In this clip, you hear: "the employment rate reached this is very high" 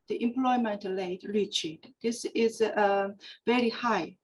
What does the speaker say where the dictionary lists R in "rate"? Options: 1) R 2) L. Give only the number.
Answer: 2